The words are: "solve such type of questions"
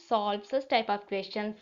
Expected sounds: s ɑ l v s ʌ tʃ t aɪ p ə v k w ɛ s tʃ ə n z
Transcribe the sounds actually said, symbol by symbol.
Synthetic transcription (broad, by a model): s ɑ l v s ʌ s t aɪ p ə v k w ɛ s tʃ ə n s